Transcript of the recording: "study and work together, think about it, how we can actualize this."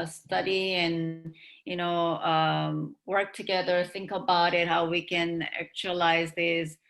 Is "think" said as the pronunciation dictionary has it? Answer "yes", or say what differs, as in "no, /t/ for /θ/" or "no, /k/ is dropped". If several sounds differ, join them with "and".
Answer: yes